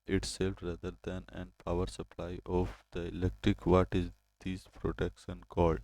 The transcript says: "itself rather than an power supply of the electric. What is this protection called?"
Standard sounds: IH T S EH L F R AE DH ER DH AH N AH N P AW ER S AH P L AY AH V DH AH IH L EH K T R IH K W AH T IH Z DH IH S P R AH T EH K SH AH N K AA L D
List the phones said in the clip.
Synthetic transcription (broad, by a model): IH T S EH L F R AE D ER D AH N AH N P AW ER S AH P L AY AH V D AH IH L EH K T R IH K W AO T IH Z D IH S P R AH T EH K SH AH N K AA L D